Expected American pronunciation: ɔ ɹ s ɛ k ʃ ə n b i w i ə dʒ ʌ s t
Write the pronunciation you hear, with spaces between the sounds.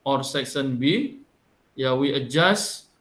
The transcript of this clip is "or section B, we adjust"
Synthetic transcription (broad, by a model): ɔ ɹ s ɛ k s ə n b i w i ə dʒ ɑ s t